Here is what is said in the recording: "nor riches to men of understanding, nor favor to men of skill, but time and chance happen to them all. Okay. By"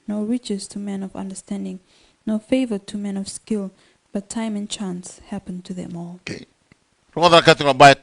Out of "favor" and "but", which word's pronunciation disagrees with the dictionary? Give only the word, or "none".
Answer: none